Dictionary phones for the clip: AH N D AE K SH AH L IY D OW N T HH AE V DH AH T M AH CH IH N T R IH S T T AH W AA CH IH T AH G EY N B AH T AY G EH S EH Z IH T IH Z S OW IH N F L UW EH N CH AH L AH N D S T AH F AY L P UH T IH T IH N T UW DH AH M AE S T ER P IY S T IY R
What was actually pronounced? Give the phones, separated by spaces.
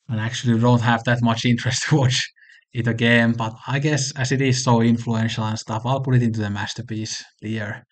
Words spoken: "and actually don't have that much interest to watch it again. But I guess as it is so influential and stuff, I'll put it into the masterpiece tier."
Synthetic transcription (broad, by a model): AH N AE K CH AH L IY D OW N T HH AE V DH AH T M AH CH IH N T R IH S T T AH W AA CH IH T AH G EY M B AH T AY G EH S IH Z IH T IH Z S OW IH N F L UW EH N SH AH L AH N S T AH F AY L P UH T IH T IH N T UW DH AH M AE S T ER P IY S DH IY R